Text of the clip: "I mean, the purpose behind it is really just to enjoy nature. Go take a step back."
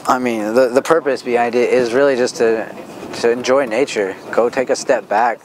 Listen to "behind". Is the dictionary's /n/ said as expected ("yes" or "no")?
no